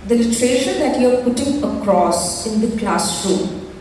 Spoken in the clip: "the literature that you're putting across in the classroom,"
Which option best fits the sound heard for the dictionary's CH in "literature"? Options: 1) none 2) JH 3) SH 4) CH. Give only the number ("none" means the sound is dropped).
3